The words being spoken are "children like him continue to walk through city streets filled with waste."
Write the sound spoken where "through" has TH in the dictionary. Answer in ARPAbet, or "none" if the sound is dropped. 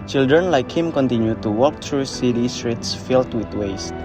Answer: T